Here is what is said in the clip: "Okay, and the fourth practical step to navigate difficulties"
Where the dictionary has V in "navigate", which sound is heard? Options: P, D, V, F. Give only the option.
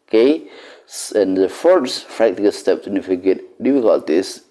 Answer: F